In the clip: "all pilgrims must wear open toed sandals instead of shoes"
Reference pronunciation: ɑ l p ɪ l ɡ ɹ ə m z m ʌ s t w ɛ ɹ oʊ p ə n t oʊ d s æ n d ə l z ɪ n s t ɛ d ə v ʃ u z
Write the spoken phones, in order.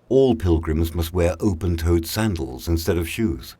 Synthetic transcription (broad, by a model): ɑ l p ɪ l ɡ ɹ ə m z m ʌ s t w ɛ ɹ oʊ p ə n t oʊ d s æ n d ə l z ɪ n s t ɛ d ə v ʃ u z